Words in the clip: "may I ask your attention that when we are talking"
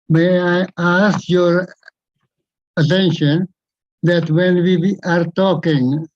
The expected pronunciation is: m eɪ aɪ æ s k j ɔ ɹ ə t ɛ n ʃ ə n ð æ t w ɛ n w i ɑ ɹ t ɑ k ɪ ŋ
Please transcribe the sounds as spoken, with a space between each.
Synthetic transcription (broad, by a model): m eɪ aɪ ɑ s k j ɔ ɹ ə t ɛ n ʃ ə n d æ t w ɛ n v i ɑ ɹ t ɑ k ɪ ŋ